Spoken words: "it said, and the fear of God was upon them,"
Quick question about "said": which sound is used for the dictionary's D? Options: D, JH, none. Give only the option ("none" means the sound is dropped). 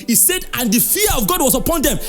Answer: D